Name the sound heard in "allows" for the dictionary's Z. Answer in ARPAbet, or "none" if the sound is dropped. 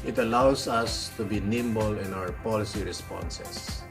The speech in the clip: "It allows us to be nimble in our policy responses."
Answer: S